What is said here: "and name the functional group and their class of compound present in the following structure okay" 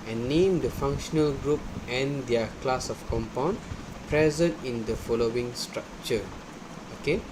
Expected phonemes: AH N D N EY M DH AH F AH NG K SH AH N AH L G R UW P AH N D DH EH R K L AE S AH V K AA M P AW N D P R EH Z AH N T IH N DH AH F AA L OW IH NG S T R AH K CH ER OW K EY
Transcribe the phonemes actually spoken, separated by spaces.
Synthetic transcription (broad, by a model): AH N N EY M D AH F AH NG K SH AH N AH L G R UW P AH N D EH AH K L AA S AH F K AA M P AW N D P R EH Z AH N T IH N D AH F AA L OW IH NG S T R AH K CH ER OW K EY